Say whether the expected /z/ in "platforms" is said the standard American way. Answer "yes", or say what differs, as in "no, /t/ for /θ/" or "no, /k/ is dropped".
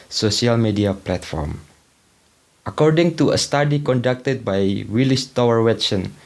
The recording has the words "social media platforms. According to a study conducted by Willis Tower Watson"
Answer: no, /z/ is dropped